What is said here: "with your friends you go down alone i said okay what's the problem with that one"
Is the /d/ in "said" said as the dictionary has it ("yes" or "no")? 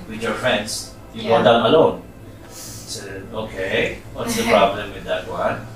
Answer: no